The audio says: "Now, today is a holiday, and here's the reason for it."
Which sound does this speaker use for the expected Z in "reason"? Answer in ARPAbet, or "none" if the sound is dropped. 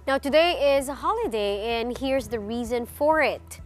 Z